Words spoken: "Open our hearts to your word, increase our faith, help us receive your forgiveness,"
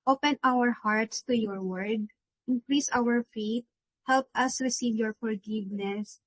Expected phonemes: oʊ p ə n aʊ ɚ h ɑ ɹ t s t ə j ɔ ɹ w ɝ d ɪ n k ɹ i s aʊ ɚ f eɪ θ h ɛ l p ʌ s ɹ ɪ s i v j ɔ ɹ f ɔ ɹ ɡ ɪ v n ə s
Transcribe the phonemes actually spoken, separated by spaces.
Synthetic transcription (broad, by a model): oʊ p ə n aʊ ɚ h ɑ ɹ t s t ə j ɔ ɹ w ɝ d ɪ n k ɹ i s aʊ ɚ f eɪ t h ɛ l p ʌ s ɹ ɪ s i v j ɔ ɹ f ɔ ɹ ɡ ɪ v n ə s